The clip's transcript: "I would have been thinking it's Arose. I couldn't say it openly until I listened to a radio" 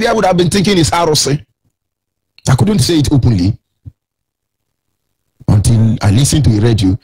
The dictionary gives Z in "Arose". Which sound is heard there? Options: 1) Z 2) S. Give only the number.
2